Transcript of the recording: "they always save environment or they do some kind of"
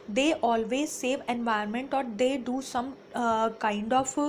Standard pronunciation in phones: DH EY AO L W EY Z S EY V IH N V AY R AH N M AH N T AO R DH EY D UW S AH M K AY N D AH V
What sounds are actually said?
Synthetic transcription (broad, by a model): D EY AO L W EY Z S EY V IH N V AY AH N M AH N T AO R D EY D UW S AH M K AY N D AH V